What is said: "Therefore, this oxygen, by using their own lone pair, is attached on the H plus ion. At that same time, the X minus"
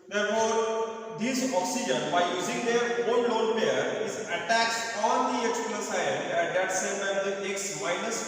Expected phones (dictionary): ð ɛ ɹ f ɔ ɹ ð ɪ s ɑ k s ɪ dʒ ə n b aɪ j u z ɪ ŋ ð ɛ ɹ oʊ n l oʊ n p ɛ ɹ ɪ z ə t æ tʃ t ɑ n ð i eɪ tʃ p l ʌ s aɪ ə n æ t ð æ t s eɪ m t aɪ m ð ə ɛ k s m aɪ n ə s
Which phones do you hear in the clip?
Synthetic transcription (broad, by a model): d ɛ ɹ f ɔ ɹ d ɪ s ɑ k s ɪ dʒ ə n b aɪ j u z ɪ ŋ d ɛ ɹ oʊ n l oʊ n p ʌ ɹ ɪ z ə t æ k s ɑ n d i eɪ s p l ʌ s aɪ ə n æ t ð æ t s eɪ m t aɪ m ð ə ɛ k s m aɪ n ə s